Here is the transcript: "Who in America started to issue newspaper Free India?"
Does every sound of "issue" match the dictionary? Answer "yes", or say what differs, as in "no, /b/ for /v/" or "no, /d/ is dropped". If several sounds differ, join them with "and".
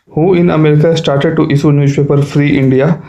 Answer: no, /s/ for /ʃ/